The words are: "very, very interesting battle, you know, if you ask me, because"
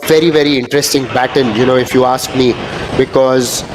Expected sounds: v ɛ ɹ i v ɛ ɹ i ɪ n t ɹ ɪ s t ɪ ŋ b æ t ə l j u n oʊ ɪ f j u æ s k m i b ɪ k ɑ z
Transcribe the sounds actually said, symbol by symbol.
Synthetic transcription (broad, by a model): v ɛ ɹ i v ɛ ɹ i ɪ n t ɹ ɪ s t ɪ ŋ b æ t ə n j u n oʊ ɪ f j u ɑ s k m i b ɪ k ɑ z